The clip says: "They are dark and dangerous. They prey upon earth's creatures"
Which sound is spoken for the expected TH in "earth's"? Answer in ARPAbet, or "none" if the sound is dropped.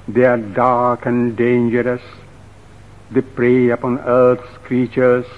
T